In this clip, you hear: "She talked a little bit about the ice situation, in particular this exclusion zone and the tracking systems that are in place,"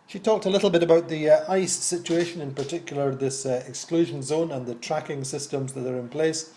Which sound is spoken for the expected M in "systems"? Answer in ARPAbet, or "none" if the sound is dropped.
M